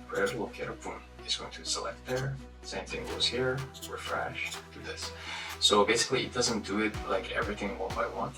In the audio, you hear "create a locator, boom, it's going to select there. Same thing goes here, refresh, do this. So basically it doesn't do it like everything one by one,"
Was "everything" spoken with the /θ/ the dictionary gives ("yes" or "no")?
yes